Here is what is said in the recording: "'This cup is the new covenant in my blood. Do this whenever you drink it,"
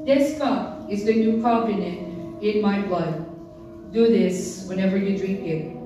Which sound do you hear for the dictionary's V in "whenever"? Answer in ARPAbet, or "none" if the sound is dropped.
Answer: V